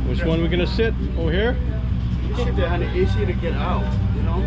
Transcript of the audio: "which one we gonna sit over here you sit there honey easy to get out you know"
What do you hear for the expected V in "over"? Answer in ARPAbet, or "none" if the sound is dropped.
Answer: none